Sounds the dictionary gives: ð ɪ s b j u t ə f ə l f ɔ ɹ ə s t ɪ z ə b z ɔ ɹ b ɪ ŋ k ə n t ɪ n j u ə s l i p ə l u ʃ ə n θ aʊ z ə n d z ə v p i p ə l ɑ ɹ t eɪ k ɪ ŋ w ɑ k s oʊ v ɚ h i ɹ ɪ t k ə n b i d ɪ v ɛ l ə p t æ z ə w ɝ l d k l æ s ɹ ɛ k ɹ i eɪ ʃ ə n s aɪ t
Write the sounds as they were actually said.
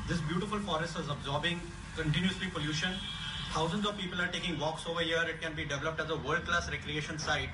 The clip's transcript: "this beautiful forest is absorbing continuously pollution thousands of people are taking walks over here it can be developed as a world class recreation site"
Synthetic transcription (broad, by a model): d ɪ s b j u t ə f ə l f ɔ ɹ ə s t ɪ z ə b z ɔ ɹ b ɪ ŋ k ə n t ɪ n j u ə s l i p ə l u ʃ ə n t aʊ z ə n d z ə v p i p ə l ɑ ɹ t eɪ k ɪ ŋ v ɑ k s oʊ v ɚ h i ɹ ɪ t k ə n b i d ɪ v ɛ l ə p t æ z ə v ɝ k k l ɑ s ɹ ɛ k ɹ i eɪ ʃ ə n s aɪ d